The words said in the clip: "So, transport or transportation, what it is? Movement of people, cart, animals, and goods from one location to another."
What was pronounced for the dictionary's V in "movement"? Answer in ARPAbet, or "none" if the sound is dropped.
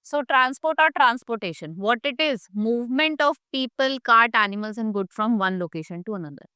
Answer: V